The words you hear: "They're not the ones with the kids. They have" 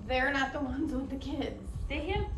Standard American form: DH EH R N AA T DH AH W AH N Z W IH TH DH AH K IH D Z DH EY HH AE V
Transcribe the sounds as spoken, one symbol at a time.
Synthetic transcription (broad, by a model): DH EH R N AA T DH AH W AH N Z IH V DH AH K IH D Z DH EY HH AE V